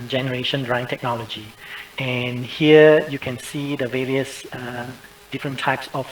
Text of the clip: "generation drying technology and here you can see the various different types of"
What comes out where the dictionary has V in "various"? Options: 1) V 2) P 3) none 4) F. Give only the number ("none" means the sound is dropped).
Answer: 1